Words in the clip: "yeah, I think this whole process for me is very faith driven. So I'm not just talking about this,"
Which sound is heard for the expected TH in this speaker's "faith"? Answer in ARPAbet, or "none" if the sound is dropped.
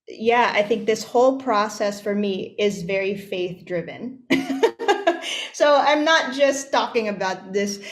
TH